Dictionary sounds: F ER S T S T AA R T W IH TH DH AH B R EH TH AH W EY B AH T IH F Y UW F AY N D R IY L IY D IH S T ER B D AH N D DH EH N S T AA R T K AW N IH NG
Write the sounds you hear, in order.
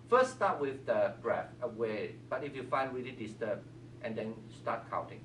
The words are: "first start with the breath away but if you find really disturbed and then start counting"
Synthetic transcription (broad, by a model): F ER S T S T AA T W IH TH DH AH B R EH F AH W EY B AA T IH F Y UW F AY N D R IY L IY D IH S T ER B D AH N D EH N S T AA T K AW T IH NG